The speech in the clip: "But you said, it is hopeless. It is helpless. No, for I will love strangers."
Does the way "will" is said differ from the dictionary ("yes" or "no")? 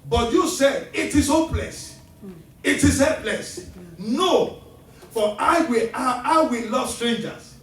yes